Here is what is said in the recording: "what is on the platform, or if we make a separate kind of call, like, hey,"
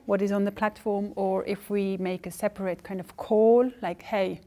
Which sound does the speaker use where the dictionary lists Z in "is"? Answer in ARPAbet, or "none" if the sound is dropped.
Z